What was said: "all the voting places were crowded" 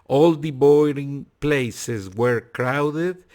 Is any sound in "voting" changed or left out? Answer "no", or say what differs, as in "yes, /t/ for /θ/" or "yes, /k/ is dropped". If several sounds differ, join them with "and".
yes, /b/ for /v/